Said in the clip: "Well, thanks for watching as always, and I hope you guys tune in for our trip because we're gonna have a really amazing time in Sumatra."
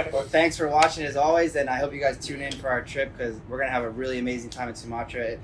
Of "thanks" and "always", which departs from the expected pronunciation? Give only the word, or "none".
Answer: none